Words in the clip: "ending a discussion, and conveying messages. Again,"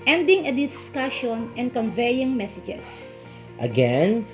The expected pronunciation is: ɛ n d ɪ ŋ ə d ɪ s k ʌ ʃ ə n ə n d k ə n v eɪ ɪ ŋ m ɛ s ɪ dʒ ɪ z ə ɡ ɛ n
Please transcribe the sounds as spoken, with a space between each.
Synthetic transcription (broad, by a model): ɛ n d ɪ ŋ ə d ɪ s k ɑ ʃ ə n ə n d k ə n v eɪ ɪ ŋ m ɛ s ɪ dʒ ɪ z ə ɡ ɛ n